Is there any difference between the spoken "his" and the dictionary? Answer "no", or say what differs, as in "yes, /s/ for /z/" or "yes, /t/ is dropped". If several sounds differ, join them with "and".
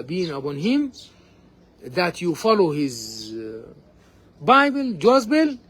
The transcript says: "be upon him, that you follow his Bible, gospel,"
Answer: no